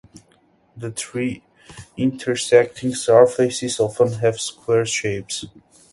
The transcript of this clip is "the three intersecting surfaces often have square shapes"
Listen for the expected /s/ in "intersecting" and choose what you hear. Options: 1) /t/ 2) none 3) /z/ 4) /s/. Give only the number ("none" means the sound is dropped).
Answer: 4